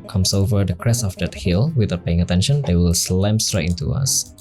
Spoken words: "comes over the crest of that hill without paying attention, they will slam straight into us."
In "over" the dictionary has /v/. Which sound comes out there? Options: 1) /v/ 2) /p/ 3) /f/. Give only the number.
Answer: 1